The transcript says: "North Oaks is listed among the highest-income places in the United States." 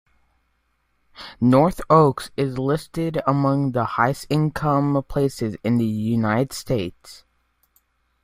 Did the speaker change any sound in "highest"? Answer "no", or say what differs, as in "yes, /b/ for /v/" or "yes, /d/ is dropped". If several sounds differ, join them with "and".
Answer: yes, /t/ is dropped